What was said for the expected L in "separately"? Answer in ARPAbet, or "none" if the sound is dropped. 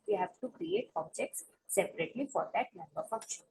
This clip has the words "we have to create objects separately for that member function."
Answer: L